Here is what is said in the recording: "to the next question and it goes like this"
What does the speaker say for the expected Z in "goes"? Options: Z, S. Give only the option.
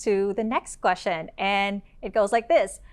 Z